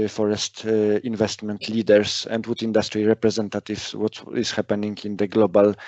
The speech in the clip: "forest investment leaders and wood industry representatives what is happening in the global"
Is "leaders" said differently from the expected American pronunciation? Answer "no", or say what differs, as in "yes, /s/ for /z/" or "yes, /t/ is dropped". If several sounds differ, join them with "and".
yes, /s/ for /z/